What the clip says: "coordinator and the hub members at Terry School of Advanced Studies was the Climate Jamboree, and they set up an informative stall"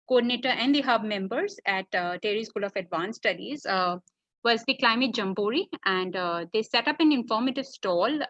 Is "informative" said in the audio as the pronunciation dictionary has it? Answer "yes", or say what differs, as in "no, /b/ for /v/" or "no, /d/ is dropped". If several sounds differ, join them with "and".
yes